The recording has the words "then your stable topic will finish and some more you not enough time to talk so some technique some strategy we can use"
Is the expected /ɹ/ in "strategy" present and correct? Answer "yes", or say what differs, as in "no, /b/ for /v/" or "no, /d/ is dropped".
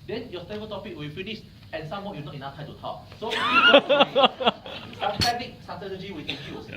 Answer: no, /ɹ/ is dropped